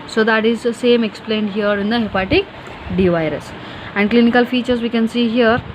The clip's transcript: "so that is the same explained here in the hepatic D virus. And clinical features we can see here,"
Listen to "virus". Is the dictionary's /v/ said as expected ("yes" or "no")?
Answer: yes